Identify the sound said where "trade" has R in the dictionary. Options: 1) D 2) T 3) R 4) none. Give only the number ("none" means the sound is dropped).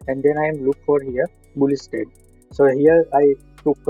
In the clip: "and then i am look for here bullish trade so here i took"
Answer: 4